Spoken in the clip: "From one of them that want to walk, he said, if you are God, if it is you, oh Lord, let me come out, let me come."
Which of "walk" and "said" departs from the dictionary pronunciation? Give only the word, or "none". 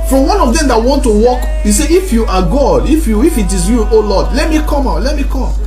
said